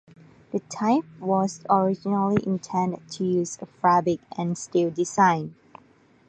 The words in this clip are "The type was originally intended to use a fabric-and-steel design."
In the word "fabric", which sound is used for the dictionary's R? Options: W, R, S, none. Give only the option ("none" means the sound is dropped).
none